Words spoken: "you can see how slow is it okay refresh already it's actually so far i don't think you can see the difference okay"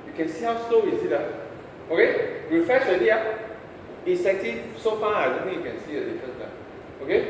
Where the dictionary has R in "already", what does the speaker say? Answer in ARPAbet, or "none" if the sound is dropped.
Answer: none